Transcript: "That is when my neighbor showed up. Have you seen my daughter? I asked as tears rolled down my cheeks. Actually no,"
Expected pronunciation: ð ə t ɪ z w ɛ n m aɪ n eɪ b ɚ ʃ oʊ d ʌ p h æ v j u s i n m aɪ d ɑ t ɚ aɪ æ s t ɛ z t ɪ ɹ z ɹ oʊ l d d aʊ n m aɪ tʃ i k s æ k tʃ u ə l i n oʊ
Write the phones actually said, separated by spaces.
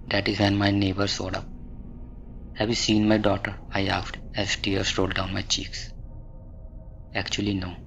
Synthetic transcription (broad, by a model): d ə t ɪ z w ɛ n m aɪ n eɪ b ɚ s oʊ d ʌ p h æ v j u s i n m aɪ d ɑ t ɚ aɪ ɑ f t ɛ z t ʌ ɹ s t oʊ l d d aʊ n m aɪ tʃ i k s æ k tʃ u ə l i n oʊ